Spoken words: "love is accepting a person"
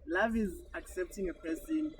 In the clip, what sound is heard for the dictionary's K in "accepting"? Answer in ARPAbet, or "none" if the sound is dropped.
K